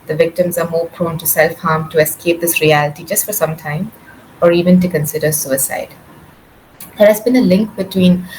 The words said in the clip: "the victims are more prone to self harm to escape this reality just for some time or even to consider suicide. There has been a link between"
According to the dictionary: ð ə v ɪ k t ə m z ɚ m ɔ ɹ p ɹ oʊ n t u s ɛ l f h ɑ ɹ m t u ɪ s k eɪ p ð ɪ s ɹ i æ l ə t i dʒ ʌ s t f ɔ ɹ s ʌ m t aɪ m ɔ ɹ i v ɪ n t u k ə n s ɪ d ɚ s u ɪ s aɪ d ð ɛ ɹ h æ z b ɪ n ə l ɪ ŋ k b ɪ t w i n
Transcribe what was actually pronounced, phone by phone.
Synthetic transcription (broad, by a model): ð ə v ɪ k t ə m z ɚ m ɔ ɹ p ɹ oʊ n t u s ɛ l f h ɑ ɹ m t u ɪ s k eɪ p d ɪ s ɹ i æ l ə t i dʒ ʌ s t f ɔ ɹ s ʌ m t aɪ m ɔ ɹ i v ɪ n t u k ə n s ɪ d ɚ s u ɪ s aɪ d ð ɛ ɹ h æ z b ɪ n ə l ɪ ŋ k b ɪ t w i n